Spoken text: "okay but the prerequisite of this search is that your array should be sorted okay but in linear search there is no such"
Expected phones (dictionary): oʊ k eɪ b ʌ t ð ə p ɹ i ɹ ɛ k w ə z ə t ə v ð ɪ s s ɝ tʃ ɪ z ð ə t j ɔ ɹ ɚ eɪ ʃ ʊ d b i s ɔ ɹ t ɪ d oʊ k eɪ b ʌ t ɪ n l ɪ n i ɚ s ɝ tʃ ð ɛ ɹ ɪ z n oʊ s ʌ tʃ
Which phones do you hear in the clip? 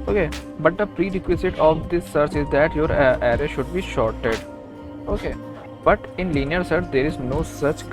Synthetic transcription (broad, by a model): oʊ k eɪ b ʌ t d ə p ɹ i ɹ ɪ k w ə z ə t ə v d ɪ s s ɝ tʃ ɪ z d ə t j ɔ ɹ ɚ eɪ ʃ ʊ d b i ʃ ɔ ɹ t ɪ d oʊ k eɪ b ʌ t ɪ n l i n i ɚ s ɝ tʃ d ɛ ɹ ɪ z n oʊ s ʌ tʃ